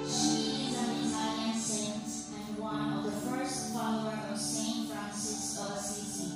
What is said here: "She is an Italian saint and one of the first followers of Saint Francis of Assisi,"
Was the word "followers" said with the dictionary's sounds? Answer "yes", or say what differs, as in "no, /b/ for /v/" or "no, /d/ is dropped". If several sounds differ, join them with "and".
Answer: no, /z/ is dropped